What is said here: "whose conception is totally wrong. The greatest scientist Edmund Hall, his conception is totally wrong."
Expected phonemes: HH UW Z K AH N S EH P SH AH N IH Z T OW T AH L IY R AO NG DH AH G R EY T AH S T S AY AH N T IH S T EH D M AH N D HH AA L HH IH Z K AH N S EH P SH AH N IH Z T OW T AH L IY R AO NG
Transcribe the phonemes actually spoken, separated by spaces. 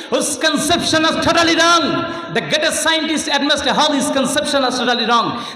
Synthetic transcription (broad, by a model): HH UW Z K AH N S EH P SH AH N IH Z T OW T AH L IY R AO NG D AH G EY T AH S S AY AH N T IH S T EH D M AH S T HH AA L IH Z K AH N S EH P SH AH N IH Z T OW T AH L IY R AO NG